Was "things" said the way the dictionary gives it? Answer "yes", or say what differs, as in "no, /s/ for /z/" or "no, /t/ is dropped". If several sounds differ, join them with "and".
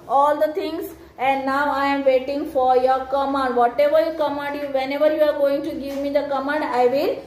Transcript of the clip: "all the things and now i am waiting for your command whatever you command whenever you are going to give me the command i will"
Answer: no, /t/ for /θ/